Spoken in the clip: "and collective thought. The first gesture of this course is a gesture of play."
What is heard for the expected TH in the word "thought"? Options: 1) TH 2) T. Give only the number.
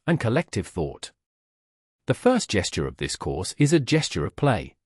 1